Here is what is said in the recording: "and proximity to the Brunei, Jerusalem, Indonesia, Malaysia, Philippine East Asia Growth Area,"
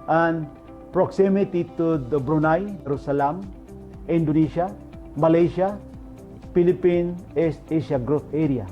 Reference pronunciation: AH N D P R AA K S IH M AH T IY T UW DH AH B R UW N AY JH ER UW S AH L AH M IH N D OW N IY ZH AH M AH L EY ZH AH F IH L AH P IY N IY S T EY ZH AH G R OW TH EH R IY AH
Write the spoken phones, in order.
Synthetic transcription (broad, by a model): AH N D P R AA K S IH M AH T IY T UW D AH B R UW N AY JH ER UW S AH L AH M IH N D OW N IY SH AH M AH L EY SH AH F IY L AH P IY N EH S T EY SH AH G R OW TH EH R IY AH